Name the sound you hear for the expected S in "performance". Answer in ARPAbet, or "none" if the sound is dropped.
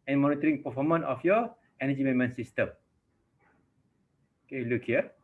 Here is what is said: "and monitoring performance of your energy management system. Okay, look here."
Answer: none